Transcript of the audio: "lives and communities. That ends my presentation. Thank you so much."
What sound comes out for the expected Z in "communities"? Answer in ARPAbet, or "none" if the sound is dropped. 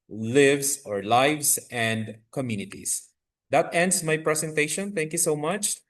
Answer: S